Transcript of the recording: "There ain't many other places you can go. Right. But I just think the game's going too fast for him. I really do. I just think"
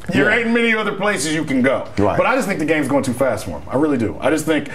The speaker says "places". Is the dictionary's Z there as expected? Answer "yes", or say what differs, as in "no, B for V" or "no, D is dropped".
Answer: yes